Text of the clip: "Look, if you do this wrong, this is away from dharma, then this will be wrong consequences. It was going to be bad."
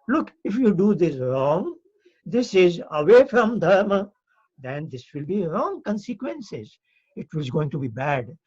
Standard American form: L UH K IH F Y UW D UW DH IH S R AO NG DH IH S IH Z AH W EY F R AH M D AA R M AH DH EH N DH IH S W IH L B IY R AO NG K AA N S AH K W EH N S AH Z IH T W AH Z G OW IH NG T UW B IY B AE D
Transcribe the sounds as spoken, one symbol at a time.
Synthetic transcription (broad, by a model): L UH K IH F Y UW D UW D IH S R AO NG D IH S IH Z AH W EY F R AH M D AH R M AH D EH N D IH S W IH L B IY R AO NG K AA N S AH K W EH N S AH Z IH T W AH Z G OW IH NG T UW B IY B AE D